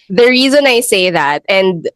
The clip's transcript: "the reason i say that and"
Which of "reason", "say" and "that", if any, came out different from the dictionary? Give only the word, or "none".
none